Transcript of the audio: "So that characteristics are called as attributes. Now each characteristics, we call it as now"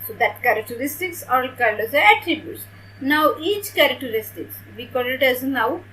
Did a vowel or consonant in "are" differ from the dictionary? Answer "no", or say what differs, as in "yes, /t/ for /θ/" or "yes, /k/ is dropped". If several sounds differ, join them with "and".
yes, /l/ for /ɹ/